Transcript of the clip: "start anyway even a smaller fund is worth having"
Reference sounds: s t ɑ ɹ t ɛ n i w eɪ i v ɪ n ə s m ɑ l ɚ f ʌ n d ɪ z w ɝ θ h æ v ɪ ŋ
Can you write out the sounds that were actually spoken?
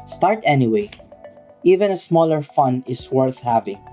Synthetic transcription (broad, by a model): s t ɑ ɹ t ɛ n i w eɪ i v ɪ n ə s m ɑ l ɚ f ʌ n ɪ s w ɝ θ h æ v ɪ ŋ